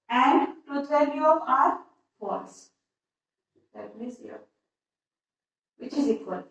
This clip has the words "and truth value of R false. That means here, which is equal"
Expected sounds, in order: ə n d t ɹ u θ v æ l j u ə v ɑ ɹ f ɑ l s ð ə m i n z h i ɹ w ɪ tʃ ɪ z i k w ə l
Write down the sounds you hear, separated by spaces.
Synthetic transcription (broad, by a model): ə n d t u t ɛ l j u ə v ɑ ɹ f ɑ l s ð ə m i z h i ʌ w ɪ tʃ ɪ z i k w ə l